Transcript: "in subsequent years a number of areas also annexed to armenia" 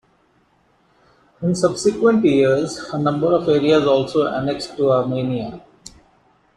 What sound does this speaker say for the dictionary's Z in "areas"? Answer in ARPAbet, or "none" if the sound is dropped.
Z